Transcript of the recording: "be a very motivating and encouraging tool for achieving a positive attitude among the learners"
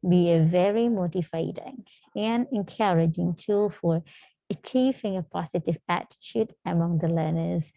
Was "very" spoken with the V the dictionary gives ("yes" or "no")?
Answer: yes